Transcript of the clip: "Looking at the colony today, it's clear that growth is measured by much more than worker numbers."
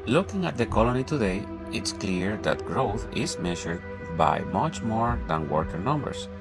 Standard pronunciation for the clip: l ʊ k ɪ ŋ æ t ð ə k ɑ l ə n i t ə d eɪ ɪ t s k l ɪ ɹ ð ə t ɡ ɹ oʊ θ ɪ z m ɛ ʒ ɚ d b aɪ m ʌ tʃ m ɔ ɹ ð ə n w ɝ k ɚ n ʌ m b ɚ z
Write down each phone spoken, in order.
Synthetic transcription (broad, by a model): l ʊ k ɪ ŋ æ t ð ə k ɑ l ə n i t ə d eɪ ɪ t s k l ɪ ɹ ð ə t ɡ ɹ oʊ θ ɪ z m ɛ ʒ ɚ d b aɪ m ʌ tʃ m ɔ ɹ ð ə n w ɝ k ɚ n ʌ m b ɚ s